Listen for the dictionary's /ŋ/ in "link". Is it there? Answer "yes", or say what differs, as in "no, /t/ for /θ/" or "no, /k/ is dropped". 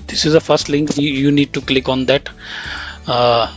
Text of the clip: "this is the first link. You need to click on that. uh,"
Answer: yes